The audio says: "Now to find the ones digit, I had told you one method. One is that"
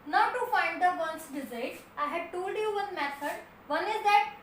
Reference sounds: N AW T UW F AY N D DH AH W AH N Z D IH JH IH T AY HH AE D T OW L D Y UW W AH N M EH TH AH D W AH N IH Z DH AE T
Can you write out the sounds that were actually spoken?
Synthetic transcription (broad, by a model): N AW T UW F AY N D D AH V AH N S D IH Z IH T AY HH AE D T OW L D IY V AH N M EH S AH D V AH N IH Z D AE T